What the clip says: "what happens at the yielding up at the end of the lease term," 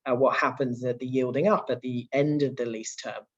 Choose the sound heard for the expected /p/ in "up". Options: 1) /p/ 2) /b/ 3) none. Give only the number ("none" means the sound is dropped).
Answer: 1